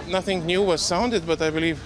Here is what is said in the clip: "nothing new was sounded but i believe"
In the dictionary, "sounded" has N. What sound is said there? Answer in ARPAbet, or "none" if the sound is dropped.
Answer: N